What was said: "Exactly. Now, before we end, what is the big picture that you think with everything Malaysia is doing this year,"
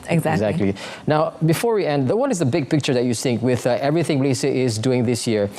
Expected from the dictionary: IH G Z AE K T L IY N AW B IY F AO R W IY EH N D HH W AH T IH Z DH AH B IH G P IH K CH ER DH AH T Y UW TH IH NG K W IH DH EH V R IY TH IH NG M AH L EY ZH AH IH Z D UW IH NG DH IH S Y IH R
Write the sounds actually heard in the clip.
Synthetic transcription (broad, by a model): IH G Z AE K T L IY N AW B IY F AO R W IY EH N D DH W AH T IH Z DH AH B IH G P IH K CH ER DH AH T Y UW S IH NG K W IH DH EH V R IY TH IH NG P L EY S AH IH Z D UW IH NG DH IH S Y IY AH